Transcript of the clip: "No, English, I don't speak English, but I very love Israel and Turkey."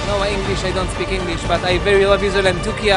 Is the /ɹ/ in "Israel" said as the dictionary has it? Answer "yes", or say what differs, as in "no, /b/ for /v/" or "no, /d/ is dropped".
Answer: no, /ɹ/ is dropped